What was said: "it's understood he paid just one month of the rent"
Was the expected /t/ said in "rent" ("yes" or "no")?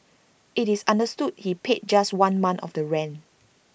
no